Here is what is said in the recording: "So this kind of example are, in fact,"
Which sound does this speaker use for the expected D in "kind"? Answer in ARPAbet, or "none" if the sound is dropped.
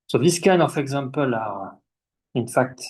none